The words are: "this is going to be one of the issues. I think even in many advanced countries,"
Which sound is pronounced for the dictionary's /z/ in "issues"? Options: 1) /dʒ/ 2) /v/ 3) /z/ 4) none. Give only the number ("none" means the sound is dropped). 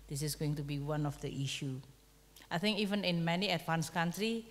4